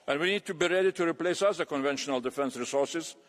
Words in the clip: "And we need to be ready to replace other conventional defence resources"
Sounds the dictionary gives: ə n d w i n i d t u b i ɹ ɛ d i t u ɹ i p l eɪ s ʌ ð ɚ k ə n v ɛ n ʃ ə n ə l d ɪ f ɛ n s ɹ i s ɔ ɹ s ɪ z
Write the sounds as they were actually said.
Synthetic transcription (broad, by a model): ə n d w i n i d t u b i ɹ ɛ d i t u ɹ i p l eɪ s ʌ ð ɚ k ə n v ɛ n ʃ ə n ə l d ɪ f ɛ n s ɹ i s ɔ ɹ s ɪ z